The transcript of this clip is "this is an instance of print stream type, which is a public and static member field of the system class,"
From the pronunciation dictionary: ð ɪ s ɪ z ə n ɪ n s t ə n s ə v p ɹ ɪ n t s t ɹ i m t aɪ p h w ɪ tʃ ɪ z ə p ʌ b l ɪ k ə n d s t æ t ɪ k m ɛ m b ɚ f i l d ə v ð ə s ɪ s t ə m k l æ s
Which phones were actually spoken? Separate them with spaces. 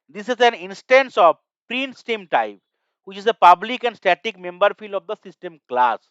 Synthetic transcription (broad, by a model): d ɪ s ɪ z ə n ɪ n s t ə n s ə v p ɹ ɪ n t s t i m t aɪ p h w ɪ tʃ ɪ z ə p ʌ b l ɪ k ə n d s t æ t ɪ k m ɛ m b ɚ f i l d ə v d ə s ɪ s t ə m k l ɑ s